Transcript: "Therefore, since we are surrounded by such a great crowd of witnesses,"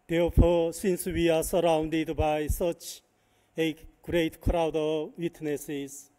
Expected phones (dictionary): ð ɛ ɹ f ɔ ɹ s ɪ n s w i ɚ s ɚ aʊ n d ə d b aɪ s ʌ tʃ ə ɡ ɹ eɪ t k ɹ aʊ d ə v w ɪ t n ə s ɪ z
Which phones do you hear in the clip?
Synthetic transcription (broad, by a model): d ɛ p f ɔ s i n s w i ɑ s ɚ aʊ n d ə d b aɪ s ʌ tʃ ə ɡ ɹ eɪ t k ɹ aʊ d ə v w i t n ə s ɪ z